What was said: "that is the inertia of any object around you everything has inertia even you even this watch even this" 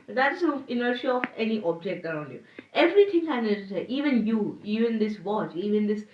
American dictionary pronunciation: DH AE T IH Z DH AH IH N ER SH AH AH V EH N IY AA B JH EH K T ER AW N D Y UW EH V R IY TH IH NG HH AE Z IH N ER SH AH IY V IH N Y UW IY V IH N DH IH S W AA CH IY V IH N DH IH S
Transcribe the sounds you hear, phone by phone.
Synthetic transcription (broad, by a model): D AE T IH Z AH IH N ER SH AH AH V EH N IY AA B JH EH K T ER AW N D Y UW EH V R IY T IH NG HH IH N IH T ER S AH IY V IH N Y UW IY V IH N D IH S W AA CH IY V IH N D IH S